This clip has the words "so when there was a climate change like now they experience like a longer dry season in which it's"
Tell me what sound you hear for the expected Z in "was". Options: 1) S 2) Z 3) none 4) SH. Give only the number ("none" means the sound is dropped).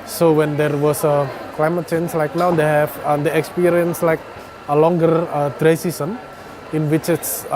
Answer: 1